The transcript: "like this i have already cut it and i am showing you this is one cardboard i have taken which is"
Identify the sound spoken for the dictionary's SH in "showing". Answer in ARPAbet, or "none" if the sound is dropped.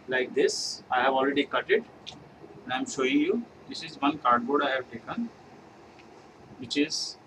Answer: SH